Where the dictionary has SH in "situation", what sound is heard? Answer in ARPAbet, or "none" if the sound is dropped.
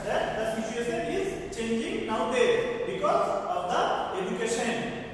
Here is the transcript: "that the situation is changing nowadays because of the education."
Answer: S